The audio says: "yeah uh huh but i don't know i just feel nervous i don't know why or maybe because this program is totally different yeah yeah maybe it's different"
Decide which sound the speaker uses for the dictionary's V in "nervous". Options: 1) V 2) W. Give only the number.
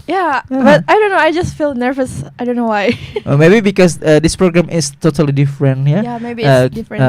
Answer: 1